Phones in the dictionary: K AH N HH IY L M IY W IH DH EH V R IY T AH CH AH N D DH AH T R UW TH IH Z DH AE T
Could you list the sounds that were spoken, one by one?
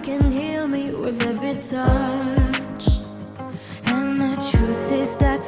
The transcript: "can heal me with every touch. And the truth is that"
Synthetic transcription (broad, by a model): K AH N HH IY L M IY W IH DH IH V IY T AH CH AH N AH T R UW S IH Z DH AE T